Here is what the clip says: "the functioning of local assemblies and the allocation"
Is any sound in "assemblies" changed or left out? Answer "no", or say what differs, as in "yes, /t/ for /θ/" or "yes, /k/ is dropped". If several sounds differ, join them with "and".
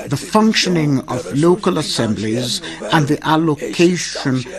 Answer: no